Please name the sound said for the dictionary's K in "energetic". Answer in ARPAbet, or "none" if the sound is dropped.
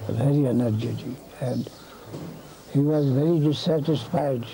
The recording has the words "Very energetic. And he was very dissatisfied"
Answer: none